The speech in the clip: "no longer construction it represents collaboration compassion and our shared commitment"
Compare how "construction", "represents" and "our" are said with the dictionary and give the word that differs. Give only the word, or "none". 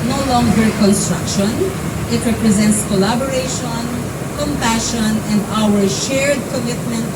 none